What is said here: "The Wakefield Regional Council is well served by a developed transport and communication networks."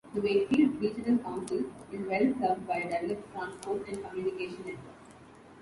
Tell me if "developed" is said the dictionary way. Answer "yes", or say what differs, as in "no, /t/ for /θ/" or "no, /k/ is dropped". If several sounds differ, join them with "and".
no, /v/ is dropped